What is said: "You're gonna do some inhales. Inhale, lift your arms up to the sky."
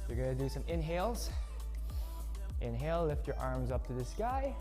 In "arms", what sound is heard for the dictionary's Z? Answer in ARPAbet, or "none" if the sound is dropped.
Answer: Z